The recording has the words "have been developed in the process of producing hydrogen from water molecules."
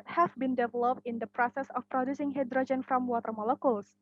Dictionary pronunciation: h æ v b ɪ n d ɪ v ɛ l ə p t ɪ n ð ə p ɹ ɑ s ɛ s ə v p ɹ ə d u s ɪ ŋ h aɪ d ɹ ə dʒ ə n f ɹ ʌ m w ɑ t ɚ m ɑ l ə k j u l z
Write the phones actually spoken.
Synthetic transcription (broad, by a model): h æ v b ɪ n d ɪ v ɛ l ə p t ɪ n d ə p ɹ ɑ s ɛ s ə f p ɹ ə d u s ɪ ŋ h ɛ d ɹ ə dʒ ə n f ɹ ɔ m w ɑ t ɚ m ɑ l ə k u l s